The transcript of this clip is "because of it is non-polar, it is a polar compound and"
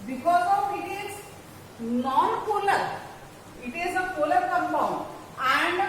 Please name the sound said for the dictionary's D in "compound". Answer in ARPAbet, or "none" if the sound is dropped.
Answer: none